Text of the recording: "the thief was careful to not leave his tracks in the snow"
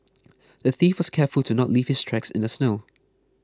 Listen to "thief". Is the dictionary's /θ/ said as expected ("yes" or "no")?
yes